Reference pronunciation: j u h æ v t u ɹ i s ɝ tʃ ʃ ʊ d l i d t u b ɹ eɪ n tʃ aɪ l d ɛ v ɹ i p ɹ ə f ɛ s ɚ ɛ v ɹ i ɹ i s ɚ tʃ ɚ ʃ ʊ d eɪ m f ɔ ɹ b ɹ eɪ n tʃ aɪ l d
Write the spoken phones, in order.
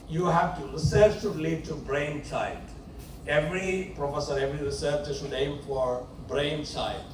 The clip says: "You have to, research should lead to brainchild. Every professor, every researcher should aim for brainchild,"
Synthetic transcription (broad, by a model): j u h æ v t u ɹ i s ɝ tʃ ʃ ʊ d l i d t u b ɹ eɪ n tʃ aɪ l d ɛ v ɹ i p ɹ ə f ɛ s ɚ ɛ v ɹ i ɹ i s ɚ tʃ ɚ s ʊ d eɪ m f ɔ ɹ b ɹ eɪ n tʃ aɪ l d